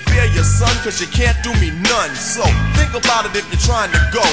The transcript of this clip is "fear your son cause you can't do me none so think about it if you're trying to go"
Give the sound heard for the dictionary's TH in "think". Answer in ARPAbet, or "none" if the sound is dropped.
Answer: TH